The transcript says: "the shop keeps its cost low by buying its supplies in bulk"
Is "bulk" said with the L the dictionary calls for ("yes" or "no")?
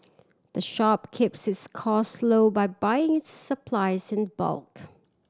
yes